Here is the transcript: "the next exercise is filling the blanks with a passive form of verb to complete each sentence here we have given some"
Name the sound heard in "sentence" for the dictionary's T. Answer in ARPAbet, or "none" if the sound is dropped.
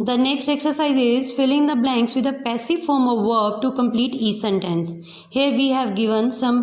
T